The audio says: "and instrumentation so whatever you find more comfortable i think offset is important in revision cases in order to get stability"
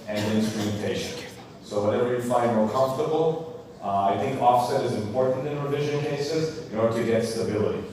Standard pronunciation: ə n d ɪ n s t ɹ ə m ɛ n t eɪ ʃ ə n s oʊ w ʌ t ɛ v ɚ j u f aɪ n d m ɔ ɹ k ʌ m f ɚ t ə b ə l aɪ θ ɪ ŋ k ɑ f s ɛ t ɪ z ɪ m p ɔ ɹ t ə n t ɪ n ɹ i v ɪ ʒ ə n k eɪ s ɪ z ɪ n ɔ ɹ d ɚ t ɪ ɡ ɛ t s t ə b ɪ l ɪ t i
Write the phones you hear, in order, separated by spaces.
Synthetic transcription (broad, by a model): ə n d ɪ n s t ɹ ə m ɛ n t eɪ ʃ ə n s oʊ w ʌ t ɛ v ɚ j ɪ f aɪ n d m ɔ ɹ k ʌ m f t ə b l aɪ θ ɪ ŋ k ɑ f s ɛ t ɪ z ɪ m p ɔ ɹ t n t ɪ n ɹ i v ɪ ʒ ə n k eɪ s ɪ z ɪ n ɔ ɹ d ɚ t ɪ ɡ ɛ t s t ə b ɪ l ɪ t i